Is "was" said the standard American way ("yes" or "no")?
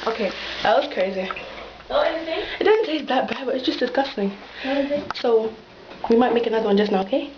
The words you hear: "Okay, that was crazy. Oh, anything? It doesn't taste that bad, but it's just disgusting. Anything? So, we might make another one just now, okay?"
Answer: no